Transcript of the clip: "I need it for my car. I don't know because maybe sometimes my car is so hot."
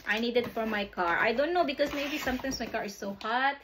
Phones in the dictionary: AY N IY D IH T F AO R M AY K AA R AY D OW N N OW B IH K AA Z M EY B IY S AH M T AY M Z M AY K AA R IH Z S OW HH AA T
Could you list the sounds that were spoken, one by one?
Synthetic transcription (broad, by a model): AY N IY D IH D F AO R M AY K AA R AY D OW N N OW B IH K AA S M EY B IY S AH M T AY M S M AY K AA R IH S OW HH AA T